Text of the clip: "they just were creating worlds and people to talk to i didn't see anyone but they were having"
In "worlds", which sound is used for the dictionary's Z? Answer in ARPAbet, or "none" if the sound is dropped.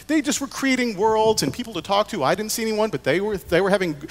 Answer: Z